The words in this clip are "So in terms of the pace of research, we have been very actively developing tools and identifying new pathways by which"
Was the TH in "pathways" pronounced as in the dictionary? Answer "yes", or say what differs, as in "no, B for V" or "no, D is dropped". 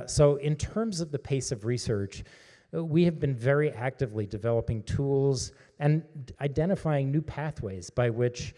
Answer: yes